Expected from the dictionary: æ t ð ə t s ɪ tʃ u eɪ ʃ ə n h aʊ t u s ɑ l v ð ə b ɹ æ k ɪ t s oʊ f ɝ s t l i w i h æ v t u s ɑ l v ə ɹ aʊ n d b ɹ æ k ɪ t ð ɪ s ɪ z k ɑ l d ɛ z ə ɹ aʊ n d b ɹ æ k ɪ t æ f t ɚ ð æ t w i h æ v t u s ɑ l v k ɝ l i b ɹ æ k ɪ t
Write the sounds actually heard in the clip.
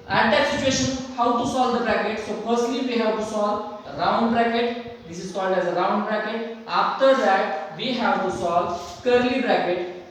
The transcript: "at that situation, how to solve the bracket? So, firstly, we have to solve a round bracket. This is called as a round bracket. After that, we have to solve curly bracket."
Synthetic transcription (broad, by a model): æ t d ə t s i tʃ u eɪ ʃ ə n h aʊ t u s ɑ l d ə b ɹ æ k ɪ t s oʊ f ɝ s t l i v i h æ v t u s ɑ l ɹ aʊ n d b ɹ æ k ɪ t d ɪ s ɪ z k ɑ l d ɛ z ə ɹ aʊ n d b ɹ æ k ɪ t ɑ f t ɚ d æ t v i h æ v t u s ɑ l k ɝ l i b ɹ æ k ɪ t